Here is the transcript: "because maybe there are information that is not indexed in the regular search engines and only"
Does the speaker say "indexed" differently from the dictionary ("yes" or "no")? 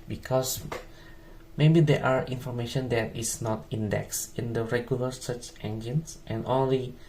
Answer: yes